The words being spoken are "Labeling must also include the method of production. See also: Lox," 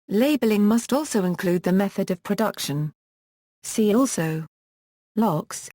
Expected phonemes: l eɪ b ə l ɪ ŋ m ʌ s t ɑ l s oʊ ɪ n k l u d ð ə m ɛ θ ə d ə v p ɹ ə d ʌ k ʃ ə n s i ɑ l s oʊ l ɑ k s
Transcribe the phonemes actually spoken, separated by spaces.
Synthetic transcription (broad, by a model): l eɪ b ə l ɪ ŋ m ʌ s t ɑ l s oʊ ɪ n k l u d ð ə m ɛ θ ə d ə v p ɹ ə d ʌ k ʃ ə n s i ɑ l s oʊ l ɑ k s